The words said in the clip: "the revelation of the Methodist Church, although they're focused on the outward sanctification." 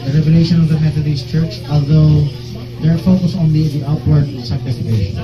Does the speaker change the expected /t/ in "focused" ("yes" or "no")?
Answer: yes